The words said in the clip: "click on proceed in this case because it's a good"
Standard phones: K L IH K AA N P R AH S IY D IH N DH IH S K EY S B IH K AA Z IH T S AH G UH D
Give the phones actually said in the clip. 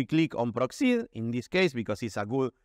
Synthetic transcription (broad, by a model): K L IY K AA N P R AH S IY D IH N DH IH S K EY S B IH K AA S IH T S AH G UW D